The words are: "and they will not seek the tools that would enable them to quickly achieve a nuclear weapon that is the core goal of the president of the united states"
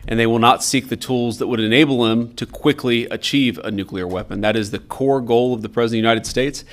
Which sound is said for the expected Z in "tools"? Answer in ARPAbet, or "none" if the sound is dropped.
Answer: Z